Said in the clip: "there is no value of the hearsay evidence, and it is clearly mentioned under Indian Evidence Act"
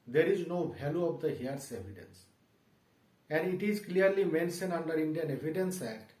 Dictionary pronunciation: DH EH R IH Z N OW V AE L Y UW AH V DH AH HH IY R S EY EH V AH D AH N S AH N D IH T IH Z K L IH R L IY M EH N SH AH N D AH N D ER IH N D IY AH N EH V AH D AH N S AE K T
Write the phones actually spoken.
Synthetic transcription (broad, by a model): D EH R IH Z N OW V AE L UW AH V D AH HH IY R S EY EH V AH D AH N S AH N D IH T IH Z K L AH R L IY M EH N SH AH N AH N D ER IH N D IY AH N EH V AH D AH N S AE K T